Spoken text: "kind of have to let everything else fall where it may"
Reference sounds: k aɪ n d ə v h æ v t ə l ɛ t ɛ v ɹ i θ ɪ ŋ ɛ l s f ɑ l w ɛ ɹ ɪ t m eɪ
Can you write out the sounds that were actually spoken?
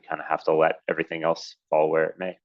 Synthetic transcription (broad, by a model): k aɪ n d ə h æ f t ə l ɛ t ɛ v ɹ i θ ɪ ŋ ɛ l s f ɑ l w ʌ ɹ ɪ t m eɪ